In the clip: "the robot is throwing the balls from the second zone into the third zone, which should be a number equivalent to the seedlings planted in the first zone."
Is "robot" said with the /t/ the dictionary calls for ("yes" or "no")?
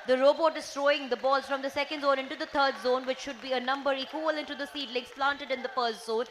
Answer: yes